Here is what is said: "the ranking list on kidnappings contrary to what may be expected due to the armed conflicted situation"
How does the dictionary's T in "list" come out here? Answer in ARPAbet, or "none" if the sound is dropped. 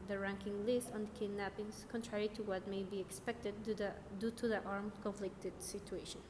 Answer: T